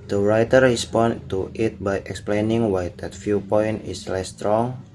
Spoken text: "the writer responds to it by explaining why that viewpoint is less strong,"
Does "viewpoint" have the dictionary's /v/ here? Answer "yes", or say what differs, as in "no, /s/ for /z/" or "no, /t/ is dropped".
no, /f/ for /v/